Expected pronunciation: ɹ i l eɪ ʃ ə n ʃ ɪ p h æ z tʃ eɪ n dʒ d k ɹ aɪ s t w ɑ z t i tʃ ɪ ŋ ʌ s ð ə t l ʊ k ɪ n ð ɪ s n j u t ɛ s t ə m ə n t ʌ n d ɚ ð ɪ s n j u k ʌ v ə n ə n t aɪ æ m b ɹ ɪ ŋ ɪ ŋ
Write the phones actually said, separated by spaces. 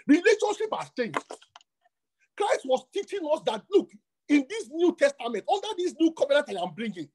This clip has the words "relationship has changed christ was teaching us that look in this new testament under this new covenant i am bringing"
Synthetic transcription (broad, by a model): ɹ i l eɪ ʃ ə n ʃ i p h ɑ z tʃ eɪ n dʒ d k ɹ aɪ s t w ɑ s t i tʃ ɪ ŋ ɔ s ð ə t l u k ɪ n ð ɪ s n j u t ɛ s t ə m ə n t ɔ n d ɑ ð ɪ s n j u k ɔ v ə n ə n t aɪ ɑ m b ɹ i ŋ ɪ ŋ